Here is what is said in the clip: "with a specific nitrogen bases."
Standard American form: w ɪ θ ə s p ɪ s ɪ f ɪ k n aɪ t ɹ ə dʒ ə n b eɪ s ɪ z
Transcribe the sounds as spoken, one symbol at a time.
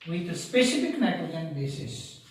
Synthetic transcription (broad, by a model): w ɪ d ə s p ɪ s ɪ f ɪ k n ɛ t ə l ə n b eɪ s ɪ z